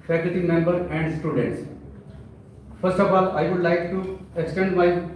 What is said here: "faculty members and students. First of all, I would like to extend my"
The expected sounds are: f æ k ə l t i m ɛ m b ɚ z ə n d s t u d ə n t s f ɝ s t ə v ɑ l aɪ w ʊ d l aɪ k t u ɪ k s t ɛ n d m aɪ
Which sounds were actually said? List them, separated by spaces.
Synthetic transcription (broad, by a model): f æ k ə l t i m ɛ m b ɚ ə n d s t u d ə n t s f ɝ s t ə f ɑ l aɪ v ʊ d l aɪ k t u ɪ k s t ɛ n d m aɪ